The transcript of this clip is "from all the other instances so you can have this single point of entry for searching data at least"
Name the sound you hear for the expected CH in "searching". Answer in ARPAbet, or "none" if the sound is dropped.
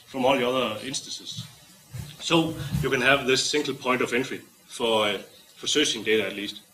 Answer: S